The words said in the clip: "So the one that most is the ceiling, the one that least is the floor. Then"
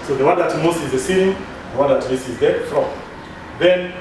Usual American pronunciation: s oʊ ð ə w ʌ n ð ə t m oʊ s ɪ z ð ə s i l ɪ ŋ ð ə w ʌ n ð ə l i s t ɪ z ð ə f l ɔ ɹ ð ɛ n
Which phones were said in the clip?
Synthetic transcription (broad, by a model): s oʊ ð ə w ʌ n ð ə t m oʊ s ɪ z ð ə s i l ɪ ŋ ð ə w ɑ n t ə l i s ɪ z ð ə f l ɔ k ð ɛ n